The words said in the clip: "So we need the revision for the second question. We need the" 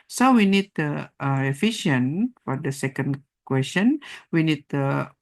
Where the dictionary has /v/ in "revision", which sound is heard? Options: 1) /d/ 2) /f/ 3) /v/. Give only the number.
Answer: 2